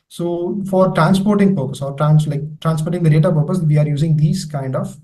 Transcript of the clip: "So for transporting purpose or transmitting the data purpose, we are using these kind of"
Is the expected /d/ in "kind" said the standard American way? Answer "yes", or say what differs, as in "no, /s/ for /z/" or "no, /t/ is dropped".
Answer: yes